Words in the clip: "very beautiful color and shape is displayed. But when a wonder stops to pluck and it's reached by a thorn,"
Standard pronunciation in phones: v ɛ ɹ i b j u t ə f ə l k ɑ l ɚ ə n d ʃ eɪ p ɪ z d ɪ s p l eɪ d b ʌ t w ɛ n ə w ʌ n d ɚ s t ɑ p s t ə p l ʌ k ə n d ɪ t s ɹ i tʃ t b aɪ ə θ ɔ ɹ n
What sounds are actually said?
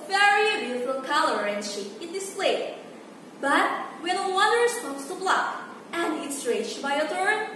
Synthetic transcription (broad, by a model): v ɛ ɹ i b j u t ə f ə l k ɑ l ɚ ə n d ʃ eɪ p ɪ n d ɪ s p l eɪ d b ʌ t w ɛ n ə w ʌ d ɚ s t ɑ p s t ə b l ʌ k ə n d ɪ t s ɹ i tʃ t b aɪ ə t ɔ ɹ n